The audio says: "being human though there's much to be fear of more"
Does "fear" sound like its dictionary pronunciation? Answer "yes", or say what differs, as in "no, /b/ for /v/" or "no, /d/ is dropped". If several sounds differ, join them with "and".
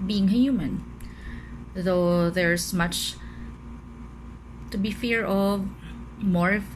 yes